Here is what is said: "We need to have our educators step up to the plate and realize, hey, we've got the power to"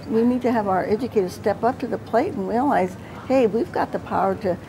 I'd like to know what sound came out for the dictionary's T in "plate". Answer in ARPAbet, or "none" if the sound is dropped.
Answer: T